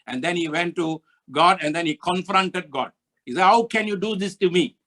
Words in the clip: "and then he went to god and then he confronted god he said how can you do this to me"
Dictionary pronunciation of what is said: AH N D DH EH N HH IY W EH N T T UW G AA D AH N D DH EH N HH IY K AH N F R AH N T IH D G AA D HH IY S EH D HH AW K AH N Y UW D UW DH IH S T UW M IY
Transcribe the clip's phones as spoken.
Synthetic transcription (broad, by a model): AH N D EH N HH IY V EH N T T UW G AA D AH N D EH N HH IY K AH N F R AH N T IH D G AA D HH IY S EH D HH AW K AH N Y UW D UW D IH S T UW M IY